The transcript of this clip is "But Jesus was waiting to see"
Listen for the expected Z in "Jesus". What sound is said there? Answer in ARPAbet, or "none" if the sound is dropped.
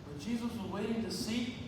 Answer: Z